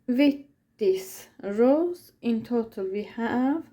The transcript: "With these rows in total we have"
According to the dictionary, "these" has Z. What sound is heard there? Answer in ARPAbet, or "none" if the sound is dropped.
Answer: S